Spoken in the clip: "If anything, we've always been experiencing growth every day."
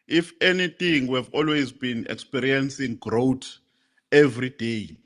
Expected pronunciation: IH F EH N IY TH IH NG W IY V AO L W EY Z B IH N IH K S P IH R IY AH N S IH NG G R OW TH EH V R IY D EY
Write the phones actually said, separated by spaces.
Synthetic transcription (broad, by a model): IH F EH N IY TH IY NG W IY V AO L W EY Z B IH N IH K S P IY R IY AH N S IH NG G R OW T EH V R IY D EY